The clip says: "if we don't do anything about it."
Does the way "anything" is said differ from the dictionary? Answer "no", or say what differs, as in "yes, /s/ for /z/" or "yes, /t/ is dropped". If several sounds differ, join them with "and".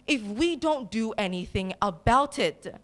no